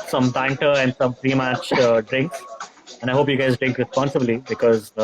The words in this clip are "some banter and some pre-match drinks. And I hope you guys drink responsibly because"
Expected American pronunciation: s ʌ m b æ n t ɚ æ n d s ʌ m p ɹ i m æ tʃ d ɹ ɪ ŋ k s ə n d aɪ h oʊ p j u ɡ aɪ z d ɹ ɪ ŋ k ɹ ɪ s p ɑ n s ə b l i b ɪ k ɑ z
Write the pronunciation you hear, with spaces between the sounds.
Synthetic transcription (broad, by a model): s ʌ m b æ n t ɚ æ n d s ʌ m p ɹ i m æ tʃ d ɹ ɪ ŋ k ə n d aɪ h oʊ p j u ɡ aɪ z d ɹ ɪ ŋ k ɹ ɪ s p ɑ n s ə b l i b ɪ k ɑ z